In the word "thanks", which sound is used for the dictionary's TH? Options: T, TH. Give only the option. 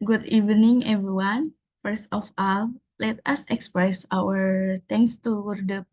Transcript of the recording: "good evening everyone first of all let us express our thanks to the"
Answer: T